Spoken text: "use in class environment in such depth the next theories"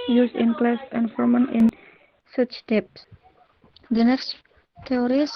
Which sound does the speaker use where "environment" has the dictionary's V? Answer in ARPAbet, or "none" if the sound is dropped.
F